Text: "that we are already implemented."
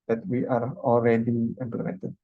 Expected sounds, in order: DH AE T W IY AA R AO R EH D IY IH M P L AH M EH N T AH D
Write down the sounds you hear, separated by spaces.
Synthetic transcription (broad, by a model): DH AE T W IY AA R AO L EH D IY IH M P L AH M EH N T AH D